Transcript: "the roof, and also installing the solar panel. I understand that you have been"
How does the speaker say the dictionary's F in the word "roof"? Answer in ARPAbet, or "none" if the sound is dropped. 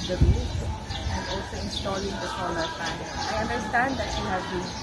none